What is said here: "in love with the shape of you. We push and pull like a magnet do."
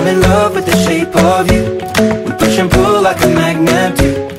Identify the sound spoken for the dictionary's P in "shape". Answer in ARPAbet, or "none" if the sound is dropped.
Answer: P